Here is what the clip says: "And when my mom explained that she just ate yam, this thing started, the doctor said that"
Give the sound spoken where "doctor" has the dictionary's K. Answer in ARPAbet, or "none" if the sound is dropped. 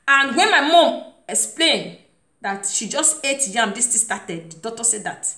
none